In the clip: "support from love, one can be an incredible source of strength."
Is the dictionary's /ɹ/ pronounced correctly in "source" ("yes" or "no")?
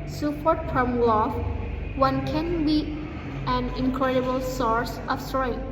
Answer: yes